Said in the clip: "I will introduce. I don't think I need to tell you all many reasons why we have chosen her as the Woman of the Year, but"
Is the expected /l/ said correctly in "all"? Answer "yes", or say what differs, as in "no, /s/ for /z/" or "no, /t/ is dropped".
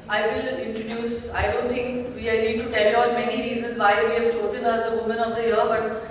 no, /n/ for /l/